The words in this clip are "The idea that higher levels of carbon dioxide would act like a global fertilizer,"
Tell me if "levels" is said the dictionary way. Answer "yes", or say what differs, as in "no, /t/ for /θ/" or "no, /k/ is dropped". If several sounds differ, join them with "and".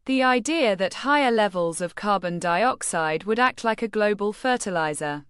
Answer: yes